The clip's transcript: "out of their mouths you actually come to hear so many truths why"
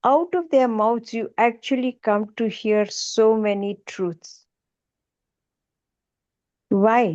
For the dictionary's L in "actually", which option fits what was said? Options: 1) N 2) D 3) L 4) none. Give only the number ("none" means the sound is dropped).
3